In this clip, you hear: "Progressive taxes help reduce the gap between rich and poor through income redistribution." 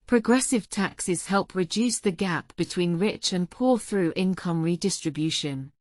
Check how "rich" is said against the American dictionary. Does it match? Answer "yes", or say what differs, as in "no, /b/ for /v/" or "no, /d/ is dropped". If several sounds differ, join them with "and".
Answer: yes